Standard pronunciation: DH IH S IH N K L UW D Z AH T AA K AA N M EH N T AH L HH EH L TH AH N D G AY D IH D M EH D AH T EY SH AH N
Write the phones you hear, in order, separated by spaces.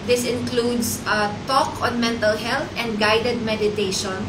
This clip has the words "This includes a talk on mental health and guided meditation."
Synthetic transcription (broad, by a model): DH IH S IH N K L UW D S AH T AA K AA N M EH N T AH L HH EH L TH AH N D G AY D IH D M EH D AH T EY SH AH N